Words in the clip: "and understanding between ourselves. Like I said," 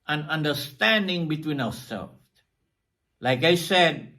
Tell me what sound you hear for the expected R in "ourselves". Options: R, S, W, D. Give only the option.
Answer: W